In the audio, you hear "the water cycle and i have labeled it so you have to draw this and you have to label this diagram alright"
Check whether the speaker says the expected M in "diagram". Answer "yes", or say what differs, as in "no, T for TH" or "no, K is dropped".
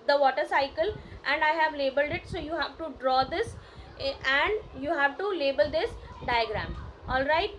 yes